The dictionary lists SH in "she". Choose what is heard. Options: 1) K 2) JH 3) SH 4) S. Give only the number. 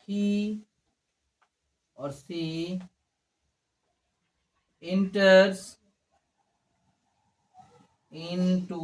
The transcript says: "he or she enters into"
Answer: 4